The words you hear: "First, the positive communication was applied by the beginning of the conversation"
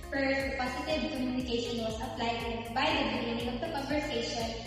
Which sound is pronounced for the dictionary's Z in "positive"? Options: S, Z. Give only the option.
S